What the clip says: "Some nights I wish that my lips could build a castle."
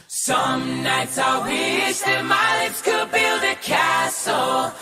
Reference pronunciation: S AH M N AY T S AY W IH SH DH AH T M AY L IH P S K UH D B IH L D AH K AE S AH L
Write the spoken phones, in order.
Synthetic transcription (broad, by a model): S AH M N AY T S AY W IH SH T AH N M AY L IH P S K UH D B IH L D AH K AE S L